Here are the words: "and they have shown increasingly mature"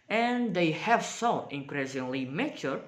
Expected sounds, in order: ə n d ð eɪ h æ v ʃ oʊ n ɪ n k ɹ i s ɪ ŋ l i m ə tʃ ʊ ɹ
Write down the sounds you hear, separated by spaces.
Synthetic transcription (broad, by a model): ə n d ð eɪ h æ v s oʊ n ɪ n k ɹ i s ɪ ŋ l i m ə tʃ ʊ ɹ